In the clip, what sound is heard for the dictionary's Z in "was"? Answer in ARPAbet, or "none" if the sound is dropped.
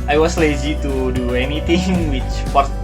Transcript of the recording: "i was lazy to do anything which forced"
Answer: S